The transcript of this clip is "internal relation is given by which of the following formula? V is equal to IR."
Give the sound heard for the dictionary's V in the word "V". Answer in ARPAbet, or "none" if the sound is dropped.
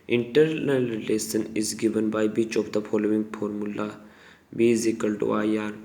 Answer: B